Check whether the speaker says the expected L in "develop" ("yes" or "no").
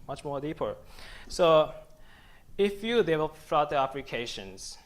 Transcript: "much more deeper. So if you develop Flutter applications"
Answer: no